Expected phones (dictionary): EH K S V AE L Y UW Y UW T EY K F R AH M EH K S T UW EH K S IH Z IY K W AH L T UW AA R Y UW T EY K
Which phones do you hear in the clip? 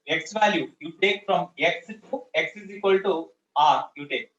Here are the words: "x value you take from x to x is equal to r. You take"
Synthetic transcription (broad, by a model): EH K S V AE L Y UW Y UW T EY K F R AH M EH K S T UW EH K S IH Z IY K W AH L T UW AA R Y UW T EY K